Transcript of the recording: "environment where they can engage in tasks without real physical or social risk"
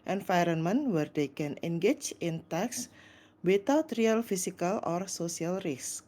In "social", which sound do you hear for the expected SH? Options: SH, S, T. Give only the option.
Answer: S